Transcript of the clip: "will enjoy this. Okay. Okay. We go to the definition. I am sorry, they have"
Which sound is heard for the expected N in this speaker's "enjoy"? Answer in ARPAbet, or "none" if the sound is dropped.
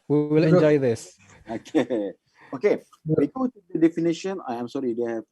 L